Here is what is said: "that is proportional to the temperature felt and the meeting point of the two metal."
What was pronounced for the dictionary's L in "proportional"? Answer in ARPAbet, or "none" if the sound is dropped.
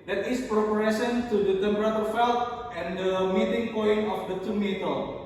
N